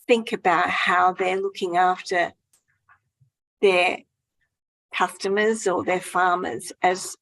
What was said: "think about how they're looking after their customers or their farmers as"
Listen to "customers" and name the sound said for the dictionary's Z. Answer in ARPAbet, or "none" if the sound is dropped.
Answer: Z